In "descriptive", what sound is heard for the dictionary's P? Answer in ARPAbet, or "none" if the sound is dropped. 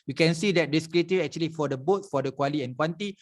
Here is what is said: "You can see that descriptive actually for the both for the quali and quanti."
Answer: none